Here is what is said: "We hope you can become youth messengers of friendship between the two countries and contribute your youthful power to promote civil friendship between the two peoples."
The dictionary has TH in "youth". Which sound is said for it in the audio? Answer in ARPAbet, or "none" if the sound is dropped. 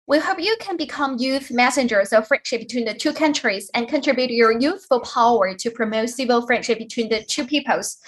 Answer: TH